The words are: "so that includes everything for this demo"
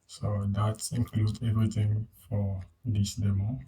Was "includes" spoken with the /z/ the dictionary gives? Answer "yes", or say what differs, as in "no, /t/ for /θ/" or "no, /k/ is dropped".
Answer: no, /z/ is dropped